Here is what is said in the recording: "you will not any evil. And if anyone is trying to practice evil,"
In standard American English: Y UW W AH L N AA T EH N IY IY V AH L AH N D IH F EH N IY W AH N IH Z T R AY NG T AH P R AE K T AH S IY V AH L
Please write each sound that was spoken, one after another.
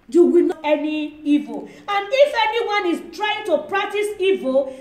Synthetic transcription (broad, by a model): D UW W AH N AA EH N IY IY V AH L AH N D IH F EH N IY W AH N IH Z T R AY NG T AH P R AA K T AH S IY V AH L